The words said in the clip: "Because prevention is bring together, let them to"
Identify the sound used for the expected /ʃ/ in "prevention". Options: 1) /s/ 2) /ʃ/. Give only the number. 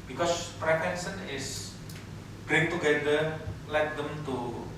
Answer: 1